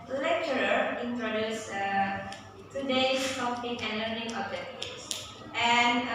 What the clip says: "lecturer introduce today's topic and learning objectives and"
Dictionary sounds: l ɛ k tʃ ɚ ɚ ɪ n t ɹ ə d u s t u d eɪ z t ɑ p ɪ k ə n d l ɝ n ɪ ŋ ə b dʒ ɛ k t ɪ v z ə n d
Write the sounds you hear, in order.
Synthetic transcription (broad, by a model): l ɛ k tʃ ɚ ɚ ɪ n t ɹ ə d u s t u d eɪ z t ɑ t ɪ ə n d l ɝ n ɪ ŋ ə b ɛ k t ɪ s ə n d